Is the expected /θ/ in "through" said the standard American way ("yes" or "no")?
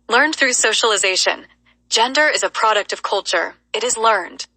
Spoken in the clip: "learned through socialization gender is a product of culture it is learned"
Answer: yes